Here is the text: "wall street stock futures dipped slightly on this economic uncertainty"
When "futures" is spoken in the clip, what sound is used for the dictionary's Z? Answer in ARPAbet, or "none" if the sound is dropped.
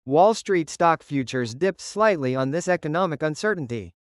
Z